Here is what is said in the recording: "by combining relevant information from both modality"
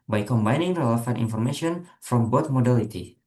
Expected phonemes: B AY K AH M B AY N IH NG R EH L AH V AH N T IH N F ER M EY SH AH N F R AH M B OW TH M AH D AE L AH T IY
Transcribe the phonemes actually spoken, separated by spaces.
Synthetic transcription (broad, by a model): B AY K AH M B AY N IH NG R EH L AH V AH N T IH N F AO M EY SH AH N F R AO M B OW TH M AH D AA L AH T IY